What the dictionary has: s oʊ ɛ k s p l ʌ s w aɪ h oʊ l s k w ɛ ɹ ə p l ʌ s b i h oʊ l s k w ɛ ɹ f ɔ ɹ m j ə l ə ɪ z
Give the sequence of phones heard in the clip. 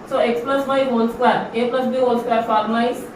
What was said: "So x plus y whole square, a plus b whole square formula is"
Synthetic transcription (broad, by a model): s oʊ ɛ k s p l ʌ s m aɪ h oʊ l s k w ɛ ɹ ə p l ʌ s b i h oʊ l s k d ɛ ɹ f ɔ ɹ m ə ə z